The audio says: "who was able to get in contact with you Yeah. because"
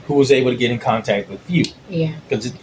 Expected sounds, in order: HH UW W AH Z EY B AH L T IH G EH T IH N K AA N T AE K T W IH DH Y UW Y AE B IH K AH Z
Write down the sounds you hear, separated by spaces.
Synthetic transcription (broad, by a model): HH UW W AH Z EY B L T IH G EH T IH N K AA N T AE K T W IH DH Y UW Y AE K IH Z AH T